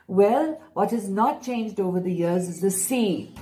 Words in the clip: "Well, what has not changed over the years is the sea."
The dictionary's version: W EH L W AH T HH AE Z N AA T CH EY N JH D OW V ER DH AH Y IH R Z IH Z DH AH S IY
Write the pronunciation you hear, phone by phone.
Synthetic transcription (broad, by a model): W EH L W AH T HH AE Z N AA T CH EY N JH D OW V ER DH AH Y IH R Z IH Z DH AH S IY